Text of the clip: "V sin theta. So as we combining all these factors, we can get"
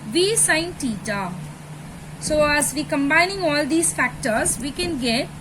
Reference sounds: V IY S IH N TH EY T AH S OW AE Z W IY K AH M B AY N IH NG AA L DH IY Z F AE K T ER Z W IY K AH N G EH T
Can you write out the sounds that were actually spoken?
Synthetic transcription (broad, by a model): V IY S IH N T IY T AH S OW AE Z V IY K AH M B AY N IH NG AA L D IY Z F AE K T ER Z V IY K AH N G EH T